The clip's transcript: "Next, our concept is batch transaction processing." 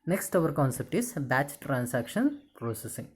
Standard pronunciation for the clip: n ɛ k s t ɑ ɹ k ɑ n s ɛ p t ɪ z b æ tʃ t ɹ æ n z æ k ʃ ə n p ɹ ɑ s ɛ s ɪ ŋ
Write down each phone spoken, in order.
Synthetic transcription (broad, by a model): n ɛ k s t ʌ ɹ k ɑ n s ɛ p t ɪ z b æ tʃ t ɹ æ n s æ k ʃ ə n p ɹ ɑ s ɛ s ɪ ŋ